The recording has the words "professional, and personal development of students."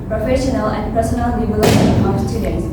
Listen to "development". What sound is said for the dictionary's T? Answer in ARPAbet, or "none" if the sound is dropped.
none